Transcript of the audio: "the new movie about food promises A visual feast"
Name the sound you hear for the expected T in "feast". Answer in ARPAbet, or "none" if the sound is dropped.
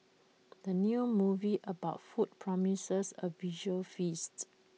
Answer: T